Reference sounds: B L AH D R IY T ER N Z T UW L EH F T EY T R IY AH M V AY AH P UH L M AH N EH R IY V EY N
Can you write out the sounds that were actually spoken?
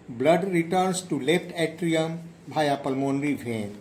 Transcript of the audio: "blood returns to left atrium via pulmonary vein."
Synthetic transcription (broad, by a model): B L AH D R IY T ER N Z T UW L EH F T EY T R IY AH M B AY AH P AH L M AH N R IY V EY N